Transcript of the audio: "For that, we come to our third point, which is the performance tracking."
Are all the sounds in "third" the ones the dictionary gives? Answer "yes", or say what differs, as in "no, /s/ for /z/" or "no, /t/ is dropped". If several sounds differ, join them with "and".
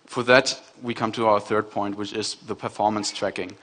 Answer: yes